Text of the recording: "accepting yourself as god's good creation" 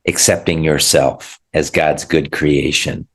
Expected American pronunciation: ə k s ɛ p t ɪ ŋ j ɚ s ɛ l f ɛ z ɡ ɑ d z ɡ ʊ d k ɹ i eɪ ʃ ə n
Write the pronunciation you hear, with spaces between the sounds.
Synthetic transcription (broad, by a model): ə k s ɛ p t ɪ ŋ j ɚ s ɛ l f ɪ z ɡ ɑ d z ɡ ʊ d k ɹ i eɪ ʃ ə n